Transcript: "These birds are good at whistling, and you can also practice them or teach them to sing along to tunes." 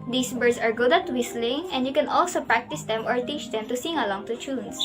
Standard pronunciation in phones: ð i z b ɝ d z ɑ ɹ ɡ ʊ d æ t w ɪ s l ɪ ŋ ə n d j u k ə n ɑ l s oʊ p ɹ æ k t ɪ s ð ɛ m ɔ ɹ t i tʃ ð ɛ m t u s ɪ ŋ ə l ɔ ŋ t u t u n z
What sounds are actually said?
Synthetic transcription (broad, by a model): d i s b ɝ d s ɑ ɹ ɡ ʊ d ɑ t w ɪ s l ɪ ŋ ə n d j u k ə n ɑ l s oʊ p ɹ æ k t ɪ s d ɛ m ɔ ɹ t i tʃ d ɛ m t u s ɪ ŋ ə l ɔ ŋ t u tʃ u n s